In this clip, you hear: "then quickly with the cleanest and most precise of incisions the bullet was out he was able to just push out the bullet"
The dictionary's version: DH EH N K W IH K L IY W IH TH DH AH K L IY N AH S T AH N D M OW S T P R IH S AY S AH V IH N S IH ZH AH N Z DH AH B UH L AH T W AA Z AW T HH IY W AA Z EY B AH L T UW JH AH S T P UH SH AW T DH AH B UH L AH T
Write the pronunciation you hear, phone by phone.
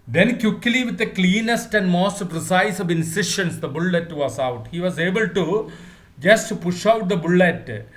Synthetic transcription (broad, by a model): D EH N K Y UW K L IY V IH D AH K L IY N AH S T AH N D M OW S T P R IH S AY S AH V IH N S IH SH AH N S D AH B UH L AH T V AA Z AW T HH IY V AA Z EY B AH L T UW JH AH S T P UH SH AW T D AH B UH L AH T